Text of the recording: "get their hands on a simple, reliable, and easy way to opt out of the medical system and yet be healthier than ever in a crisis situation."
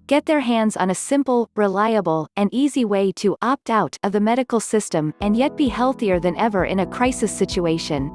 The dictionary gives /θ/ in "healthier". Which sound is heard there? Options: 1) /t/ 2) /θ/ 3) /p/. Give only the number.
2